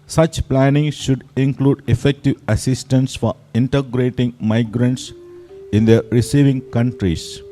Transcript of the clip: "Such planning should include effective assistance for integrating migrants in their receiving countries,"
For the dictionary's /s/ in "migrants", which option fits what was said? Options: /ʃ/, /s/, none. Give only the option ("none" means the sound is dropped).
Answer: /s/